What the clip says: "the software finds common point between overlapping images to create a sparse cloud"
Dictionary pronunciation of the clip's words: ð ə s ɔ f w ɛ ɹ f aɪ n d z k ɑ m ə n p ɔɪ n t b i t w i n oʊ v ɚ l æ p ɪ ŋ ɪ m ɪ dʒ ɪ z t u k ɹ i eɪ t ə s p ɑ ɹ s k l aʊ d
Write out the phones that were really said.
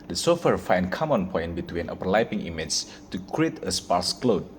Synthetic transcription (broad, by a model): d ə s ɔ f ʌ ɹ f aɪ n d k ɑ m ə n p ɔɪ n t b i t w i n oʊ p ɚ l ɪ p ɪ ŋ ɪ m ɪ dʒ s t u k ɹ i eɪ t ə s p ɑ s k l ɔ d